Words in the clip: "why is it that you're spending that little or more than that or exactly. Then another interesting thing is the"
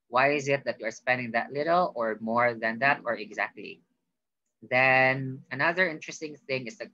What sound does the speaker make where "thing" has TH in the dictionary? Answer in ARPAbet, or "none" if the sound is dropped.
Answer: TH